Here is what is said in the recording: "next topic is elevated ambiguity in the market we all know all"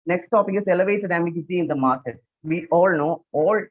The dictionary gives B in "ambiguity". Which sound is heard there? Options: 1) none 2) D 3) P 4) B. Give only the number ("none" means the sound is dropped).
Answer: 1